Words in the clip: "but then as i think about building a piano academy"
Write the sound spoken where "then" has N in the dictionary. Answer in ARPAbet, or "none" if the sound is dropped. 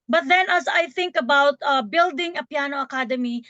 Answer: N